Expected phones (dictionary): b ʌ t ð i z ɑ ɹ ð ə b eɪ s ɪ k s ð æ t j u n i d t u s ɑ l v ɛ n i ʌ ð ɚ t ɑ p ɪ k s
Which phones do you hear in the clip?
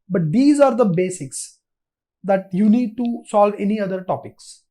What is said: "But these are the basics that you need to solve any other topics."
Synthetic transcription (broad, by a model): b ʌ t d i z ɑ ɹ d ə b eɪ s ɪ k s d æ t j u n i d t u s ɑ l v ɛ n i ʌ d ɚ t ɑ p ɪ k s